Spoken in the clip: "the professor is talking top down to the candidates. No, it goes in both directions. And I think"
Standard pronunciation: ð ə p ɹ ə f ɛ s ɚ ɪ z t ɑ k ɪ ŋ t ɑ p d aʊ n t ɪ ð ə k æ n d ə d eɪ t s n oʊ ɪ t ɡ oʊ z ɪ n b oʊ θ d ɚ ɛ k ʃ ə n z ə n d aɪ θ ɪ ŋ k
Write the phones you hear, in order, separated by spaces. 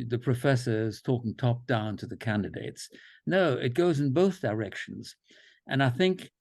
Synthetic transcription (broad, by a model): ð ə p ɹ ə f ɛ s ɚ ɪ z t ɑ k ɪ ŋ t ɑ p d aʊ n t ɪ ð ə k æ n d ə d eɪ t s n oʊ ɪ t ɡ oʊ z ɪ n b oʊ θ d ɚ ɛ k ʃ n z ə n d aɪ θ ɪ ŋ k